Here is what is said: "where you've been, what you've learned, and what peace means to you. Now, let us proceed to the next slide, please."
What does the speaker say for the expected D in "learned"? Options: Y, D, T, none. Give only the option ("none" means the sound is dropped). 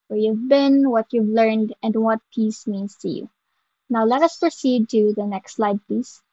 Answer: D